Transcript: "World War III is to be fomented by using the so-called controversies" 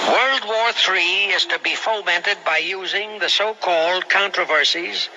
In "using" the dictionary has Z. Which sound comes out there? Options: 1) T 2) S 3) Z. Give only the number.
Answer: 3